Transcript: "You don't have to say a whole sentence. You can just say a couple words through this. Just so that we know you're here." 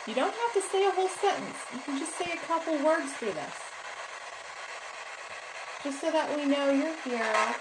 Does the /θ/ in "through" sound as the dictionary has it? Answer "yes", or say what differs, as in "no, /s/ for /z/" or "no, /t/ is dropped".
no, /f/ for /θ/